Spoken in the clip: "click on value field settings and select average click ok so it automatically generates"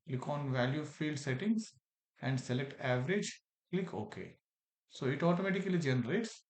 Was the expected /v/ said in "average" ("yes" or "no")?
yes